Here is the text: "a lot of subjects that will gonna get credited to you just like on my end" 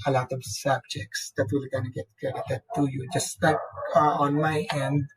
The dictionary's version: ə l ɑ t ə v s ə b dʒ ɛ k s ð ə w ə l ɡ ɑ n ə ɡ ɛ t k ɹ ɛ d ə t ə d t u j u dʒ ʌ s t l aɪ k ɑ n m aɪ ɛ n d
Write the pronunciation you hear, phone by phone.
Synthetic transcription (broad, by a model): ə l ɑ t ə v s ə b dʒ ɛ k s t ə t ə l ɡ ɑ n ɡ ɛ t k ɛ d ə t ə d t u j u dʒ ʌ s t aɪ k ɑ n m aɪ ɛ n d